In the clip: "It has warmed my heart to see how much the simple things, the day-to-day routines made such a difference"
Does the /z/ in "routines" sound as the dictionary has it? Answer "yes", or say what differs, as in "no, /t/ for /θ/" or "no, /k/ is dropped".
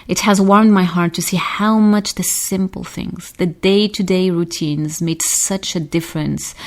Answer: yes